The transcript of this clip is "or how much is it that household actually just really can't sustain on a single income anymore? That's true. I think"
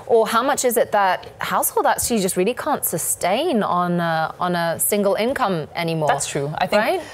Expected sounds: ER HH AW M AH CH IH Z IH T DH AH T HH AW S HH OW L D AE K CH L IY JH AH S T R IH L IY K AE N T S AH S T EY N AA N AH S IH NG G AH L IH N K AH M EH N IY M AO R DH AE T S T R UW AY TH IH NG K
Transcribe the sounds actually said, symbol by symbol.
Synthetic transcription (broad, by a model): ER HH AW M AH CH IH Z IH T DH AH T HH AW S HH OW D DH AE CH IY JH AH S T R IH L IY K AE N T S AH S T EY N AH N AH S IH NG G AH L IH N K AH M EH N IY M AO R DH AE T S T R UW AY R IH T